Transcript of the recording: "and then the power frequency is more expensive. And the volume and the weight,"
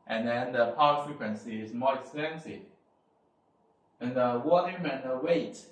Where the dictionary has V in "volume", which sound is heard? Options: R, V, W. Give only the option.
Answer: W